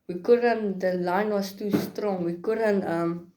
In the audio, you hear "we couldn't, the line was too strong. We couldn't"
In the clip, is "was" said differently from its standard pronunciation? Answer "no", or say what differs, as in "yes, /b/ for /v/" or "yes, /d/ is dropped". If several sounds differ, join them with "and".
yes, /s/ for /z/